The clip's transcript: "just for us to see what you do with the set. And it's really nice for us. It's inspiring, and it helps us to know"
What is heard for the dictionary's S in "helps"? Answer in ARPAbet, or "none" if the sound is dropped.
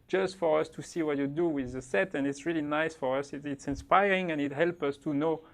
none